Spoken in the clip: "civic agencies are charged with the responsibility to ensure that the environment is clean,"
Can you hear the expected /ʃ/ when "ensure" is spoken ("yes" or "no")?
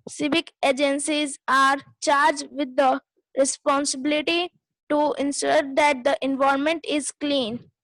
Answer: no